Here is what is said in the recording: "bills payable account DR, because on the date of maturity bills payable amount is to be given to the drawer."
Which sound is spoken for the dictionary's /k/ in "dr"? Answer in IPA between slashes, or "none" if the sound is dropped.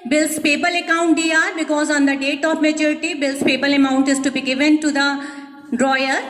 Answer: none